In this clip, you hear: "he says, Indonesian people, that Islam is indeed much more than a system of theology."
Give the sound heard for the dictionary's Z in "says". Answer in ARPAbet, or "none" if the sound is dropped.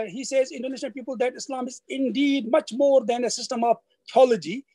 Z